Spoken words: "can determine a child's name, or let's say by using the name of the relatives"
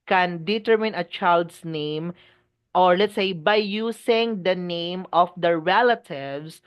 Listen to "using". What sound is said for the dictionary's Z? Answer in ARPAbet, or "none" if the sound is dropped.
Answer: S